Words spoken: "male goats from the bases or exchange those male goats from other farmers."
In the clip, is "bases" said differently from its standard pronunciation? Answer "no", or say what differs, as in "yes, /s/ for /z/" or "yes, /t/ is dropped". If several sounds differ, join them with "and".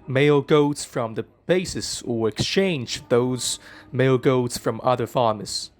yes, /s/ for /z/